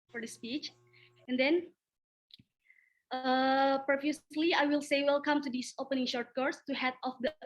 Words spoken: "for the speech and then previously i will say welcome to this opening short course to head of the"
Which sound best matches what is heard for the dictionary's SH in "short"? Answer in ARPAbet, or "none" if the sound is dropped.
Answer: SH